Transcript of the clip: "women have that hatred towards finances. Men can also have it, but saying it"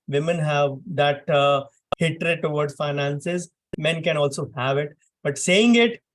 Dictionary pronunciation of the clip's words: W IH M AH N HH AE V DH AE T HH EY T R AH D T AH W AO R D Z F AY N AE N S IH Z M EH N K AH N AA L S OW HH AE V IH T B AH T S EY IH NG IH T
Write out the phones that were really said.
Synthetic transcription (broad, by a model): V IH M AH N HH AE V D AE T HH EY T R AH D T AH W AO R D F AY N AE N S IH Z M EH N K AH N AA L S OW HH AE V IH T B AH T S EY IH NG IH T